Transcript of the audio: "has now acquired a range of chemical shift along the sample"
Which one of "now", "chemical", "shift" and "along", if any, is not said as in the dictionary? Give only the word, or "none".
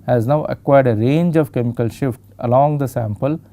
none